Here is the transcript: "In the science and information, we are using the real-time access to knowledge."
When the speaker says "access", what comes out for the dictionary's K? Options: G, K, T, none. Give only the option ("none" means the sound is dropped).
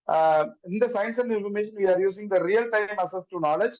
none